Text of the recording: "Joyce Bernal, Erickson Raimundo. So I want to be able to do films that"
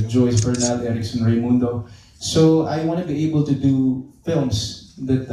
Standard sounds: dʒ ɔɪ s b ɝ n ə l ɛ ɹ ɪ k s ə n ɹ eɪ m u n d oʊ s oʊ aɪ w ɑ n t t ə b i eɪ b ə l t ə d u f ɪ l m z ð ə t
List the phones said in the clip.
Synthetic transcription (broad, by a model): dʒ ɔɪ s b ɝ n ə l ɛ ɹ ɪ k s ə n ɹ eɪ m u n d oʊ s oʊ aɪ w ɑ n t t ə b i eɪ b ə l t ə d u f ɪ l m s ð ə t